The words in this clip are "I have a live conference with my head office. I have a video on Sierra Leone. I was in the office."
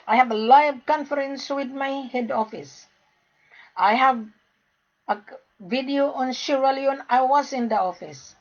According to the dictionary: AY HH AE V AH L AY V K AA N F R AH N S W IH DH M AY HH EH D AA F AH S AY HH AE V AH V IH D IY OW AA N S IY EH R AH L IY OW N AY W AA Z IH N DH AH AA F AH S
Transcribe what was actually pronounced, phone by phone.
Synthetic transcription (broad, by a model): AY HH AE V AH L AY V K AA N F R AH N S W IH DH M AY HH EH D AA F AH S AY HH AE V AH V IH D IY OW AA N SH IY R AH L IY OW N AY W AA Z IH N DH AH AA F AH S